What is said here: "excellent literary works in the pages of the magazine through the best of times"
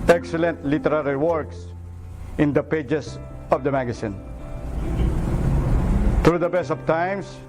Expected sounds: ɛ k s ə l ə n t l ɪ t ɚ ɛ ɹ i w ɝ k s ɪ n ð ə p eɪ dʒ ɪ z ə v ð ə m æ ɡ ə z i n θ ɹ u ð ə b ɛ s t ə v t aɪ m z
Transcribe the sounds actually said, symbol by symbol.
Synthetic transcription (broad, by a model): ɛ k s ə l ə n t l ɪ t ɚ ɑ ɹ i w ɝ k s ɪ n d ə p eɪ dʒ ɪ s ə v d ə m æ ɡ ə s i n t ɹ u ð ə b ɛ s t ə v t aɪ m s